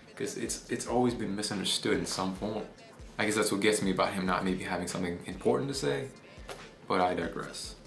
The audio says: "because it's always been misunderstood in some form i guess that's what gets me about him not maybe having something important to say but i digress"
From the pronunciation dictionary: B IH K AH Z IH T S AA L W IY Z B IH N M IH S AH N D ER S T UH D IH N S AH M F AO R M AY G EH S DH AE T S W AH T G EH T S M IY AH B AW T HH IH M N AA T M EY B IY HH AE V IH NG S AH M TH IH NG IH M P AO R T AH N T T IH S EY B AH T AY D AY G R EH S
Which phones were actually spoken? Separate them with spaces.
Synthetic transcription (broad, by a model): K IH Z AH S IH T S AA L W IY Z B IH N M IH S AH N D ER S T UH D IH N S AH M P AO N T AY G EH S DH AE T S W AH T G EH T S M IY AH B AW T HH IH M N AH T M EY B IY HH AE V IH NG S AH M TH IH NG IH M P AO R T N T T IH S EY B AH T AY D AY G R EH S